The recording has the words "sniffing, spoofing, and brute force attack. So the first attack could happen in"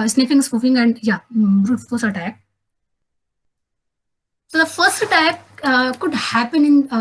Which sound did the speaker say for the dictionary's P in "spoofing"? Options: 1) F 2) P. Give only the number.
1